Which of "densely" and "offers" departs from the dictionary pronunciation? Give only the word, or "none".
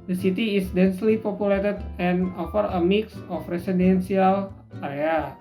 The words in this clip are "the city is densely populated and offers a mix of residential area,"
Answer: offers